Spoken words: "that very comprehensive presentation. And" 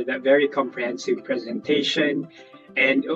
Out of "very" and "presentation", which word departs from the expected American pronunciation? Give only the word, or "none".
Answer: none